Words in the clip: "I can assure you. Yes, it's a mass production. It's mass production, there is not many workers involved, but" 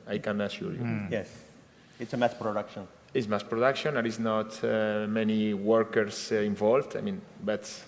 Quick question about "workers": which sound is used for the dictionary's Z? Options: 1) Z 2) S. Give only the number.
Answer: 2